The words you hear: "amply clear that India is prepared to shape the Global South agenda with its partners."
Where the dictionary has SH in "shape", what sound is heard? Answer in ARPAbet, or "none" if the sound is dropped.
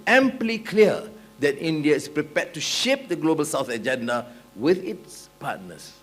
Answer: SH